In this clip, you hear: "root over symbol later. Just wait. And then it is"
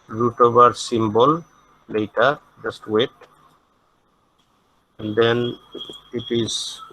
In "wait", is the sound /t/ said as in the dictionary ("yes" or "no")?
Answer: yes